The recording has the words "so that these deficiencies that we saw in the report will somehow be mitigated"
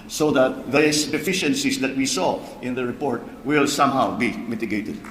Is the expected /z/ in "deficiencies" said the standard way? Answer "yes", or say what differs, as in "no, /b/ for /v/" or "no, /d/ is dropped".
no, /s/ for /z/